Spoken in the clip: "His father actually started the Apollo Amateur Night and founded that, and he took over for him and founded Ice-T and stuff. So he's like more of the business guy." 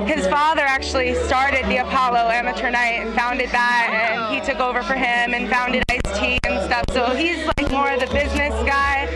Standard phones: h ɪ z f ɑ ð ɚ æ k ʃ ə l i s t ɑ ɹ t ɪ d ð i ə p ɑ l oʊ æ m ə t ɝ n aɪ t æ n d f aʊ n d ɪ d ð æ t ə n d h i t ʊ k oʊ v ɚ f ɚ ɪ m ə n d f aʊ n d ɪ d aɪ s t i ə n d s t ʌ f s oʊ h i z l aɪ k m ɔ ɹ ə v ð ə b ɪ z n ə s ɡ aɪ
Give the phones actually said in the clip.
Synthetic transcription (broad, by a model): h ɪ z f ɑ ð ɚ æ k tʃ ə l i s t ɑ ɹ t ɪ d ð i ə p ɑ l oʊ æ m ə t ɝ n aɪ t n f aʊ n d ɪ d ð æ t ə n i t ʊ k oʊ v ɚ f ɚ ɪ m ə n f aʊ n d ɪ d aɪ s t i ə n s t ʌ f s oʊ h i z l aɪ k m ɔ ɹ ə v ð ə b ɪ z n ə s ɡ aɪ